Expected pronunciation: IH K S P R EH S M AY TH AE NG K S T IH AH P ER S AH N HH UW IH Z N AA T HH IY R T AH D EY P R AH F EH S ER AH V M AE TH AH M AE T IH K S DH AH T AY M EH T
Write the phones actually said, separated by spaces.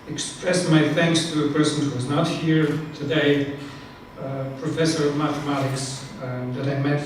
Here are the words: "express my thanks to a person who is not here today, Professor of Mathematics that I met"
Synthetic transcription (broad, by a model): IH K S P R EH S M AY TH AE NG K S T IH AH P ER S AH N HH UW IH Z N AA T HH IY R T AH D EY P R AH F EH S ER AH V M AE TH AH M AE T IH K S DH AH T AY M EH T